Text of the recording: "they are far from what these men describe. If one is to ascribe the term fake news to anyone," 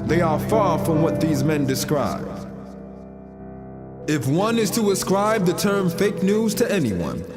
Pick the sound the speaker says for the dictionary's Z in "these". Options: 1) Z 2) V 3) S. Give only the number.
1